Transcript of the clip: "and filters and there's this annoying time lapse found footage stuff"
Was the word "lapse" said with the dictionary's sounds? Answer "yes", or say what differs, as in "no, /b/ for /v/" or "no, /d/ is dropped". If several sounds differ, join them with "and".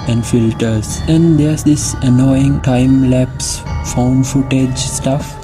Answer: yes